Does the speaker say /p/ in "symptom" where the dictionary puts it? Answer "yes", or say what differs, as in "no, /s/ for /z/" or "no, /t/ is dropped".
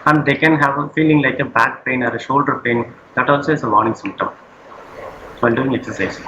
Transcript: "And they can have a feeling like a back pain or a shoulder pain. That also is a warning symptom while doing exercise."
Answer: yes